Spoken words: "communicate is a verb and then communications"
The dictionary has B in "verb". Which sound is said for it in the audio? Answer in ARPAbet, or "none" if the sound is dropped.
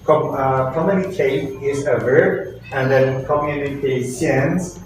none